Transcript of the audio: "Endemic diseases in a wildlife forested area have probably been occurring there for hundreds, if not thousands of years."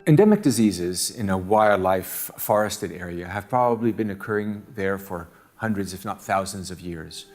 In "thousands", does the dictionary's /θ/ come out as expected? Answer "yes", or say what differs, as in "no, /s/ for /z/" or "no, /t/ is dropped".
yes